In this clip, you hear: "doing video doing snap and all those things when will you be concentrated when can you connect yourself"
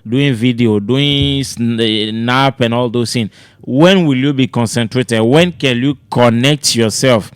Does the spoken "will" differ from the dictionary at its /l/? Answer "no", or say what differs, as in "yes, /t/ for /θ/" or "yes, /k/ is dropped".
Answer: no